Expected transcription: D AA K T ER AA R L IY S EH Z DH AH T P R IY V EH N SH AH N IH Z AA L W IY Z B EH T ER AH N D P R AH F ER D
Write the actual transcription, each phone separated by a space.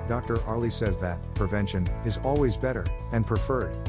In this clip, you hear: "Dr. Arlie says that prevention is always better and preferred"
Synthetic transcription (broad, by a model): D AA K T ER AA R L IY S EH Z DH AH T P R IY V EH N SH AH N IH Z AA L W IY Z B EH T ER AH N P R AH F ER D